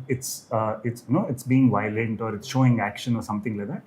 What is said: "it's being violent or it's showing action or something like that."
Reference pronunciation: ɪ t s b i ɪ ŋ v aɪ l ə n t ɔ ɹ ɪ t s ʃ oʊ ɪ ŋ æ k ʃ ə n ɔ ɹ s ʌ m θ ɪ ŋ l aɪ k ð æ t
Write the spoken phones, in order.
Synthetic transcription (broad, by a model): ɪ t s b i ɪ ŋ v aɪ l ə n t ɔ ɹ ɪ t s ʃ oʊ ɪ ŋ æ k ʃ ə n ɔ ɹ s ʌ m t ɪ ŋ l aɪ k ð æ t